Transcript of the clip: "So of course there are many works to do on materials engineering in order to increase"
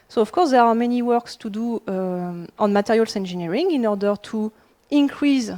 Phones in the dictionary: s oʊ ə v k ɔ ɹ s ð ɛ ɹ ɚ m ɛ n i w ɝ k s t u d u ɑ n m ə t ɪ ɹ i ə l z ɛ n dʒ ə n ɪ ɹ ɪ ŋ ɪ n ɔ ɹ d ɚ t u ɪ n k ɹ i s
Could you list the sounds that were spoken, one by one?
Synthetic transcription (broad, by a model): s oʊ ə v k ɔ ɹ s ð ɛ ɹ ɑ m ɛ n i w ɝ k s t u d u ɑ n m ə t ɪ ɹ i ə l s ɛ n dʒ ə n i ɹ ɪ ŋ ɪ n ɔ ɹ d ɚ t u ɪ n k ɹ i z